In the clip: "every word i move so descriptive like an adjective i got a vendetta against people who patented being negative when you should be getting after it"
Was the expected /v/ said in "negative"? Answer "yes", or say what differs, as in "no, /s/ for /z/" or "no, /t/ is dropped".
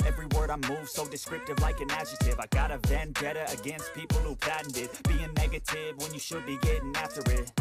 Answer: yes